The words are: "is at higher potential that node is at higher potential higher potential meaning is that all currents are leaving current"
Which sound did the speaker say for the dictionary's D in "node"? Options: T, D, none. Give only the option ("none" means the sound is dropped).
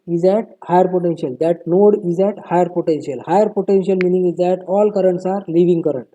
D